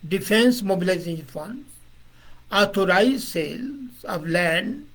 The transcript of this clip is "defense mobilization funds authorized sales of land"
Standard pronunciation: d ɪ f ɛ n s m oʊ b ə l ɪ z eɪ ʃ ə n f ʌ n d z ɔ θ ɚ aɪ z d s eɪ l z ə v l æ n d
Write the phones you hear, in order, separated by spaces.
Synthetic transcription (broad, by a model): d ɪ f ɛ n s m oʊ b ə l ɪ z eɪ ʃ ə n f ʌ n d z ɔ t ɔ aɪ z s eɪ l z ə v l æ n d